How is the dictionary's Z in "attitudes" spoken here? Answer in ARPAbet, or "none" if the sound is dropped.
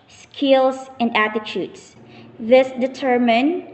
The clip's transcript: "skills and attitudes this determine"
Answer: S